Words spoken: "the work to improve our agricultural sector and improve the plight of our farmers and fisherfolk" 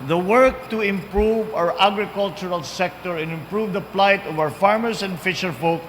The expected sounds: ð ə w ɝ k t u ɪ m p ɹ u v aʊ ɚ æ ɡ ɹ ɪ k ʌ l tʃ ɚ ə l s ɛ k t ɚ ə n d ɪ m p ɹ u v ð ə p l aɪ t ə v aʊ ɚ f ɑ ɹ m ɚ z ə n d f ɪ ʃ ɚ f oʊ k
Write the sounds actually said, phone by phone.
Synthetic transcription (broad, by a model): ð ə w ɝ k t u ɪ m p ɹ u v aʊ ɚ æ ɡ ɹ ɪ k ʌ l tʃ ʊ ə l s ɛ k t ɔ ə n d ɪ m p ɹ u v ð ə p l aɪ t ə v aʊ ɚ f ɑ ɹ m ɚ s ə n d f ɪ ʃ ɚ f oʊ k